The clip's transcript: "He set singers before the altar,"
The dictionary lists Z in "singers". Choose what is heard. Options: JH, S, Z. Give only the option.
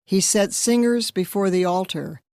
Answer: Z